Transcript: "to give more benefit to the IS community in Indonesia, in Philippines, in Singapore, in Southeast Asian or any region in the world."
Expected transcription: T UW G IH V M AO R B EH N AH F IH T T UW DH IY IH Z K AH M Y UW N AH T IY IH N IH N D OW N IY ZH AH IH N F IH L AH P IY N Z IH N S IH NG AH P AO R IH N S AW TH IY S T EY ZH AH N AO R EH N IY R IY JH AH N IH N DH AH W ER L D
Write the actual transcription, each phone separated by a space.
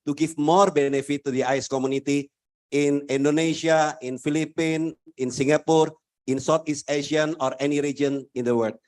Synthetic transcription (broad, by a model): T UW G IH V M AO R B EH N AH F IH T T UW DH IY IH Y K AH M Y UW N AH T IY IH N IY N D OW N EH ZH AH IH N F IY L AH P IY N IH N S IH NG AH P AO R IH N S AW T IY S T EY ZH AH N AO R EH N IY R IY JH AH N IH N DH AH W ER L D